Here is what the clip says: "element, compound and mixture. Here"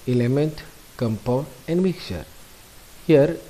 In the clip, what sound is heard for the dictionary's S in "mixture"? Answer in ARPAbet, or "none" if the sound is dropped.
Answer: none